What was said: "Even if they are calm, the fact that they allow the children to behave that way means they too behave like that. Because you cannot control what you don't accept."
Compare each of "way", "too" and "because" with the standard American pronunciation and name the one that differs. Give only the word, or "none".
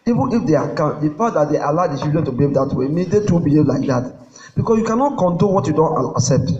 because